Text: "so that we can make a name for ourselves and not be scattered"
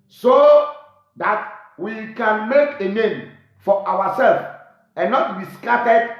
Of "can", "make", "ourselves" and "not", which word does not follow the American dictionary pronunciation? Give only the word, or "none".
ourselves